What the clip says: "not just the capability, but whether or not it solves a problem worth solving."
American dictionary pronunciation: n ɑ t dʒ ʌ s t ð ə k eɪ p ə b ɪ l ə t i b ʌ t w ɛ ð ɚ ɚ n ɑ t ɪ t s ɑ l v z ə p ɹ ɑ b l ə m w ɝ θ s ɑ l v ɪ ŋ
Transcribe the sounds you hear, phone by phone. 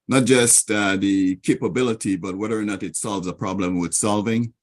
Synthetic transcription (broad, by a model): n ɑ t dʒ ʌ s t ð ə k eɪ p ə b ɪ l ə t i b ʌ t w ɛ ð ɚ ɚ n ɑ t ɪ t s ɑ l v z ə p ɹ ɑ b l ə m w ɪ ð s ɑ l v ɪ ŋ